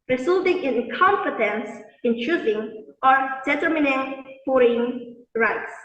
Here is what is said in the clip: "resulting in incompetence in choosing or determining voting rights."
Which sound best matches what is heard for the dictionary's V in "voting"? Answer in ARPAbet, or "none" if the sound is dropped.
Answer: F